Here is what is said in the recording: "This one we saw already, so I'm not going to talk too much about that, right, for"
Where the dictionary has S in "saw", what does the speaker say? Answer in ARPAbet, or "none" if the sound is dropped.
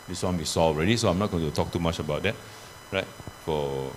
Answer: S